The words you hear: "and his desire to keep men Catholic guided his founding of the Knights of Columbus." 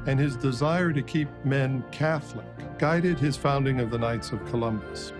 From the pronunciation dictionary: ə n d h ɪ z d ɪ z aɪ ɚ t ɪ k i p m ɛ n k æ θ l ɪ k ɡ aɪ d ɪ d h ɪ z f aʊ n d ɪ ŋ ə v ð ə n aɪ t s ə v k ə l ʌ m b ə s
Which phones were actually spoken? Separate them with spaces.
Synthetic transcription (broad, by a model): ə n ɪ z d ɪ z aɪ ɚ t ɪ k i p m ɛ n k æ θ l ɪ k ɡ aɪ d ɪ d ɪ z f aʊ n d ɪ ŋ ə v ð ə n aɪ t s ə v k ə l ʌ m b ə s